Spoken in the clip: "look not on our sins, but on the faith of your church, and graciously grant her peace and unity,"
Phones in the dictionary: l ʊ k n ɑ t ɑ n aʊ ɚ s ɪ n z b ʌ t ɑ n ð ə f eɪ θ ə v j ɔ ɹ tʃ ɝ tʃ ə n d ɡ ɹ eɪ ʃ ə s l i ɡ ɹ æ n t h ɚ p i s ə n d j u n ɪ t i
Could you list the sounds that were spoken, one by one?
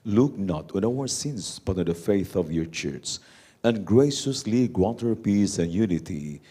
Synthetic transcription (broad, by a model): l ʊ k n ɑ t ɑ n aʊ ɚ s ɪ n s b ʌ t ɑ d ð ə f eɪ θ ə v j ɔ ɹ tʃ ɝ s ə n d ɡ ɹ eɪ ʃ ə s l i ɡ w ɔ t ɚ p i s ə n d j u n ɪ t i